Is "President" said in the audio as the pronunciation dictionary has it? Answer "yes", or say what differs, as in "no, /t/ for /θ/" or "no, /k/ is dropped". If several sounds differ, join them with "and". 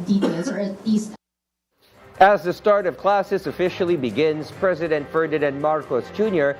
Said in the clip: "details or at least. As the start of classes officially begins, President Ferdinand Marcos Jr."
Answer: yes